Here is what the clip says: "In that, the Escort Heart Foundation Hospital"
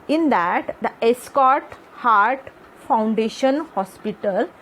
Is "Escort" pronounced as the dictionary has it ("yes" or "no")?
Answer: yes